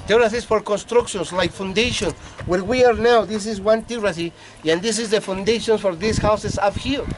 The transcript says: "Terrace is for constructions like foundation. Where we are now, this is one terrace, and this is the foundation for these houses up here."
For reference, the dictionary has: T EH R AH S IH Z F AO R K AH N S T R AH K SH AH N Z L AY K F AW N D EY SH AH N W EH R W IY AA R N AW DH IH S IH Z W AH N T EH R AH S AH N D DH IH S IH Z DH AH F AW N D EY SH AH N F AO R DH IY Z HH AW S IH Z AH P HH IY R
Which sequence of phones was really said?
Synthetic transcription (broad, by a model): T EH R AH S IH S F AO R K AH N S T R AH K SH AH N S L AY K F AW N D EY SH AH N W EH R W IY AA R N AW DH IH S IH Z W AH N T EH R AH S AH N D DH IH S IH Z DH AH F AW N D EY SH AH N F AO R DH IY S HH AW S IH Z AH F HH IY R